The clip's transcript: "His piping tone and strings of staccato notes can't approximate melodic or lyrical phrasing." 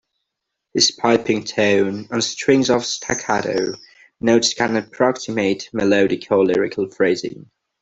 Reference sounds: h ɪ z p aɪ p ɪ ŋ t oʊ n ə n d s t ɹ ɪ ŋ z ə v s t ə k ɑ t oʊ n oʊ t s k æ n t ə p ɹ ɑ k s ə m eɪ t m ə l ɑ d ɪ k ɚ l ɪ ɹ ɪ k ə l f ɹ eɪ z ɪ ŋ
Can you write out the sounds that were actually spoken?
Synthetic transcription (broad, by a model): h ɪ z p aɪ p ɪ ŋ t oʊ n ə n s t ɹ ɪ ŋ z ə v s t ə k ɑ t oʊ n oʊ t s k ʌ n ə p ɹ ɑ k s ə m eɪ t m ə l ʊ d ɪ k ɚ l ɪ ɹ ɪ k ə l f ɹ eɪ z ɪ ŋ